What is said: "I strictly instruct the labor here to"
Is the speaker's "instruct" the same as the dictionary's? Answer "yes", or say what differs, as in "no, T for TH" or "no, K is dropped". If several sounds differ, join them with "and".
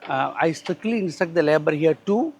no, R is dropped